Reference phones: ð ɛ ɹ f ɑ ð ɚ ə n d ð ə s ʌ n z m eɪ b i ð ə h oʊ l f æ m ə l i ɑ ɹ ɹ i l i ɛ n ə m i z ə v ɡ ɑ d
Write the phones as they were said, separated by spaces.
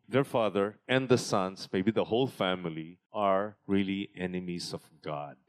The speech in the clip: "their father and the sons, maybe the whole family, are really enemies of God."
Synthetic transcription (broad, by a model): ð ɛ ɹ f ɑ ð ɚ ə n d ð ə s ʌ n s m eɪ b i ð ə h oʊ l f æ m ə l i ɑ ɹ ɹ i l i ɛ n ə m i s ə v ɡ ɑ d